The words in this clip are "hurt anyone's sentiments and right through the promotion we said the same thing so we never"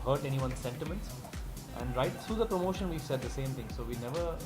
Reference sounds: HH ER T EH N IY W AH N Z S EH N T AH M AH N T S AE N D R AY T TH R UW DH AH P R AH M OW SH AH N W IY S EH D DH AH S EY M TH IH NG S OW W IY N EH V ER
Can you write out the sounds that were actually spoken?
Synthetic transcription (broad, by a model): HH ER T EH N IY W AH N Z S EH N T AH M AH N T S AE N D R AY T T R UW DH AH P R AH M OW SH AH N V IY S EH D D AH S EY M T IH NG S OW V IY N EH V ER